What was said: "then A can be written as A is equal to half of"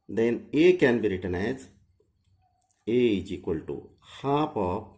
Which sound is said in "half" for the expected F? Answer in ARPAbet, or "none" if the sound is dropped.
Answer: P